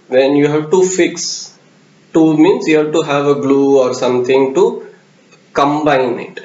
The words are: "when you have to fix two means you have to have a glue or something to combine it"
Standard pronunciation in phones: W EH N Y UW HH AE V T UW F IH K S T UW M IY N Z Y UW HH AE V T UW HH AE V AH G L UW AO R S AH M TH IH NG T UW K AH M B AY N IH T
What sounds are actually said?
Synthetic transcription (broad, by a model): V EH N Y UW HH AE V T UW F IH K S T UW M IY N S Y UW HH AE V T UW HH AE V AH G L UW AO R S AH M T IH NG T UW K AH M B AY N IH T